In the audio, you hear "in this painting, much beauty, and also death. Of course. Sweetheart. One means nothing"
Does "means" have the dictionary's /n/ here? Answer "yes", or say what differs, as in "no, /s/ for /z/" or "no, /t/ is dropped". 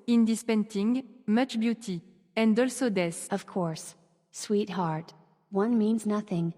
yes